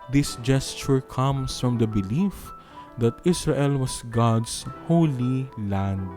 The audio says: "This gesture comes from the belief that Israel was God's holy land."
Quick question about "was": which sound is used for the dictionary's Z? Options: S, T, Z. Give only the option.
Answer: S